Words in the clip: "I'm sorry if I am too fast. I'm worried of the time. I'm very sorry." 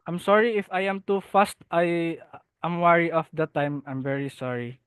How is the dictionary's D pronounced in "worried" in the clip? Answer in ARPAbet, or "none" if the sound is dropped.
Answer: none